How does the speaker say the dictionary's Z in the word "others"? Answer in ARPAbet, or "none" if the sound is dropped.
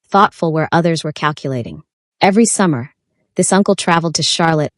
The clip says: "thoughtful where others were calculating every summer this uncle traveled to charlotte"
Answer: Z